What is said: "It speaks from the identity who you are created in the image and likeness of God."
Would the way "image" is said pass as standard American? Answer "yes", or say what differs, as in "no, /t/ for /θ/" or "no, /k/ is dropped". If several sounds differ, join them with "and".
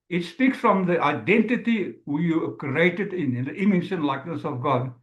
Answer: no, /ʃ/ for /dʒ/